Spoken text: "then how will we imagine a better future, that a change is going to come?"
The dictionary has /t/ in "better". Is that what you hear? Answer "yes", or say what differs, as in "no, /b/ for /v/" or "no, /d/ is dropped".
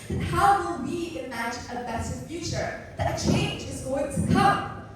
no, /s/ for /t/